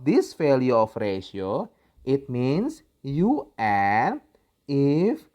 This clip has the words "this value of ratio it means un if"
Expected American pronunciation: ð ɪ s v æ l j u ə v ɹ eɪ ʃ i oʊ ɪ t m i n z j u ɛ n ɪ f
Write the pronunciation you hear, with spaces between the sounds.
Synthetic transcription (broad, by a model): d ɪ s f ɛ l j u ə f ɹ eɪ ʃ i oʊ ɪ t m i n s j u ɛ ɪ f